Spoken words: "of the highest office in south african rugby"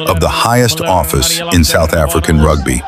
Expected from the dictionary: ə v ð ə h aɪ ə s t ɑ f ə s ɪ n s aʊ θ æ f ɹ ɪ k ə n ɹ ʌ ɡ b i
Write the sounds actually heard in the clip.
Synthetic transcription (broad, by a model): ə v ð ə h aɪ ə s t ɑ f ə s ɪ n s aʊ θ æ f ɹ ɪ k ə n ɹ ʌ ɡ b i